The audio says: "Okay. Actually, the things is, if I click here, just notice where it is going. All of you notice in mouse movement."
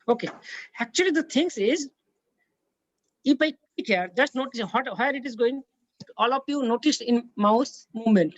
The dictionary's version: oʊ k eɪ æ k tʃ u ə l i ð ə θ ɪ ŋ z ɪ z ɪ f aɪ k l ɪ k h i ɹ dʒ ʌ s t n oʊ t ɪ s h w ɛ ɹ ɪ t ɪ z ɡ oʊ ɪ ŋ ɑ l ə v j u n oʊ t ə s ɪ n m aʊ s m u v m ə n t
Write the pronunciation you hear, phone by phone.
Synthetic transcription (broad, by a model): oʊ k eɪ æ k tʃ u ə l i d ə t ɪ ŋ s ɪ z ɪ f aɪ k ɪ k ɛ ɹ dʒ ʌ s t n oʊ t ɪ s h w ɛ ɹ ɪ t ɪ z ɡ oʊ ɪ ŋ ɑ l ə p j u n oʊ t ə s ɪ n m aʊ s m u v m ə n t